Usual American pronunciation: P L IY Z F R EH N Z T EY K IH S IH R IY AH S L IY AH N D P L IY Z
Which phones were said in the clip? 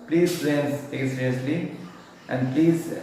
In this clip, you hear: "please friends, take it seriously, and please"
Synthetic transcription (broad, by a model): P L IY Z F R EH Z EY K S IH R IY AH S L IY AH N D P L IY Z